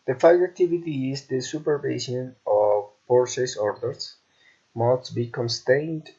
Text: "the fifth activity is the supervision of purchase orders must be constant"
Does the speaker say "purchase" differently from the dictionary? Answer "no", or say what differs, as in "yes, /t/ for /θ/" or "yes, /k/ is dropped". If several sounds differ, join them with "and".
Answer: yes, /s/ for /tʃ/